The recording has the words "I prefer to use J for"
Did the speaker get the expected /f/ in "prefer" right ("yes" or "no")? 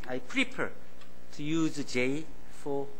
no